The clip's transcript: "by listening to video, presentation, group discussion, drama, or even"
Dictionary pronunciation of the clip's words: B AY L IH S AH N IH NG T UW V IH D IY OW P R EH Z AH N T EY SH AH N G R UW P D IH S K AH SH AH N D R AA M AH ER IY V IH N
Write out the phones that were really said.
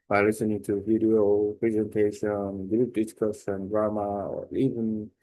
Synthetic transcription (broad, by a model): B AY L IH S AH N IH NG T UW V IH D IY OW P R EH Z AH N T EY SH AH N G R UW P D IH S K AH S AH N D R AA M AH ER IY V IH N